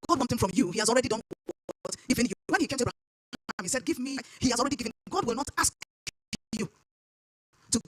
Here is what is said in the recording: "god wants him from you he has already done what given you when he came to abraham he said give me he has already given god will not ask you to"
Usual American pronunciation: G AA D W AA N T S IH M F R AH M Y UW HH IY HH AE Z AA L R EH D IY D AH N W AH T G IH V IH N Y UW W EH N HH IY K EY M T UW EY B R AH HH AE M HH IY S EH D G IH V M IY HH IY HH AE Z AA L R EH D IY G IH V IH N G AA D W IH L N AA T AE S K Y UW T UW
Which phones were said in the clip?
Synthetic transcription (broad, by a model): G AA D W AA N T TH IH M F R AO M Y UW HH IY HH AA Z AA L R EH D IY D AH N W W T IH F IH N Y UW W EH N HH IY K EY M T UW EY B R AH M HH IY S EH D G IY V M IY HH IY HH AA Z AA L R EH D IY G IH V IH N G AA D W IH L N AA T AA S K Y UW T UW